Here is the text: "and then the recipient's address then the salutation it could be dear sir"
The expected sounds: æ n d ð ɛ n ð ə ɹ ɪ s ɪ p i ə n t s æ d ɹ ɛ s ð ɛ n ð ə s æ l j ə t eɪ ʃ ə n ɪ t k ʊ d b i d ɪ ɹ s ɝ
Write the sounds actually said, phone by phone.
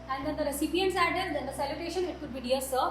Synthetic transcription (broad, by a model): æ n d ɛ n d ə ɹ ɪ s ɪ p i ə n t s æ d ɛ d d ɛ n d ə s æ l j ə t eɪ ʃ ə n ɪ t k ʊ d b i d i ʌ s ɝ